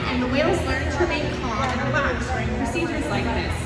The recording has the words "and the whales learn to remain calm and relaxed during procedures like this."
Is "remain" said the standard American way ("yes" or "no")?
no